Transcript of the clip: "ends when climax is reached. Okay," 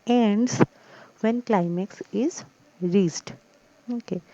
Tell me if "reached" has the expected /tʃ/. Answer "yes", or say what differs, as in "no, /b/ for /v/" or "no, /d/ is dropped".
no, /s/ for /tʃ/